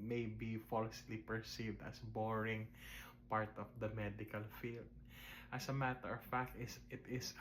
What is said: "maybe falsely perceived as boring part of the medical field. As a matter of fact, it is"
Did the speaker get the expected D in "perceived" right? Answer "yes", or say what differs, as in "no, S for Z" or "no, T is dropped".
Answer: yes